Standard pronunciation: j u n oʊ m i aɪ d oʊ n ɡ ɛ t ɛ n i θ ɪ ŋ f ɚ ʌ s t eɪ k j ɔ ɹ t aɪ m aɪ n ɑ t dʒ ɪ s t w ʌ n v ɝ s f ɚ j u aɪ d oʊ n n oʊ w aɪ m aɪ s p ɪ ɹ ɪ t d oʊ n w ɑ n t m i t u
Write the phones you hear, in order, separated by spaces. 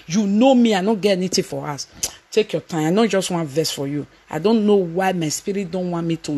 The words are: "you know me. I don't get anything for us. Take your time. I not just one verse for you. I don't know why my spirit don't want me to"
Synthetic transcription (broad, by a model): j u n oʊ m i aɪ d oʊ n ɡ ɛ t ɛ n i t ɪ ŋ f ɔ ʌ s t eɪ k j ɔ t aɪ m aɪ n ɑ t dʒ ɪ s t w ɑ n v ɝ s f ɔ j u aɪ d oʊ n n oʊ w aɪ m aɪ s p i ɹ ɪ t d oʊ n w ɑ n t m i t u